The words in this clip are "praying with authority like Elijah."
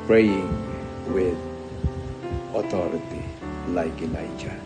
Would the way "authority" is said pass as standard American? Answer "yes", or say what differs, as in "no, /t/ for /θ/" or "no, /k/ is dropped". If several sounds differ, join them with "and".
no, /t/ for /θ/